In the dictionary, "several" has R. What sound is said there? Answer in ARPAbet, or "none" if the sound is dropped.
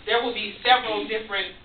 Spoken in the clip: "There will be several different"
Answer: R